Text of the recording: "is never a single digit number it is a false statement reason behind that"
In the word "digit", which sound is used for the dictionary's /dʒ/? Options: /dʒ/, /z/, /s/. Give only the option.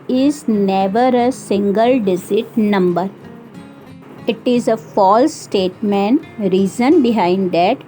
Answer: /z/